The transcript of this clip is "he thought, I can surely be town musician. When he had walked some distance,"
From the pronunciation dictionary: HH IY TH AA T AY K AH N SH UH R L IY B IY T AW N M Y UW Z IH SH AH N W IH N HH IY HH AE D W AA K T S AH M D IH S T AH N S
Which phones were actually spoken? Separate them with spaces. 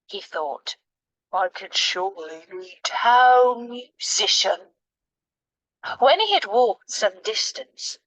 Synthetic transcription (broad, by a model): HH IY TH AA T AY K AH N SH UH R L IY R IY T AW L M Y UW Z IH SH AH N W IH N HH IY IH D W AA K T S AH M D IH S T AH N S